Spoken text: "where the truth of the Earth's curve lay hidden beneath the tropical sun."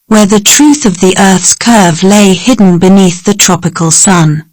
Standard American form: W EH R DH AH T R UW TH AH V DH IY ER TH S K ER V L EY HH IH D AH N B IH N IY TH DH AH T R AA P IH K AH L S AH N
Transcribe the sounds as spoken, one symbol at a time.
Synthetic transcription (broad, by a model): W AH R DH AH T R UW TH AH V DH IY ER TH S K ER V L EY HH IH D N B IH N IY TH DH AH T R AA P IH K AH L S AH N